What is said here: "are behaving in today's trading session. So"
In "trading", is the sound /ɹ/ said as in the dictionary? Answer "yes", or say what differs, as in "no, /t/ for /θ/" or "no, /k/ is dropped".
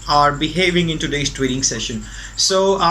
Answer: no, /w/ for /ɹ/